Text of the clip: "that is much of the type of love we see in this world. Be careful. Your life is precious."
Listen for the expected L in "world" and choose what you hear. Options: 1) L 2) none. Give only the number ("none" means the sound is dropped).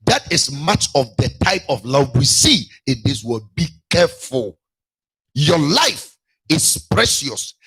2